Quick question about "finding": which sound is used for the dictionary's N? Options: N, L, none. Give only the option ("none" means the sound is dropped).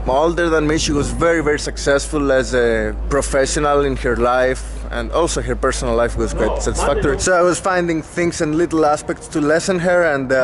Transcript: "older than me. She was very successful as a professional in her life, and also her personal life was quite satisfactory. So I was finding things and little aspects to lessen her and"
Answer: N